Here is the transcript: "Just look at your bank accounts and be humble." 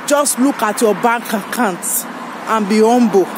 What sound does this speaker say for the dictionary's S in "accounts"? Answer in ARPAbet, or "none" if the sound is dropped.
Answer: none